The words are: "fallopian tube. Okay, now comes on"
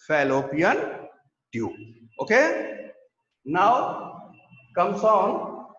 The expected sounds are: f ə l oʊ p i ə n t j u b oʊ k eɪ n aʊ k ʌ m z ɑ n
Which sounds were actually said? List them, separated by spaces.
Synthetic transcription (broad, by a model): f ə l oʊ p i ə n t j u oʊ k eɪ n aʊ k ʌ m s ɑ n